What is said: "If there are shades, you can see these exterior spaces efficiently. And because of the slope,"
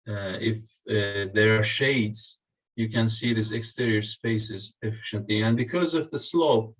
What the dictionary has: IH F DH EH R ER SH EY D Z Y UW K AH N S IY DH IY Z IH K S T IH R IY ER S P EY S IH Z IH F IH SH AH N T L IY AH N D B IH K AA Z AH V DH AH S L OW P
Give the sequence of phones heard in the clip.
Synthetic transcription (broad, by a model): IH F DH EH R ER SH EY D Z Y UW K AH N S IY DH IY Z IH K S T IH R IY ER S P EY S IH Z IH F IH SH AH N T L IY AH N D B IH K AA Z AH V DH AH S L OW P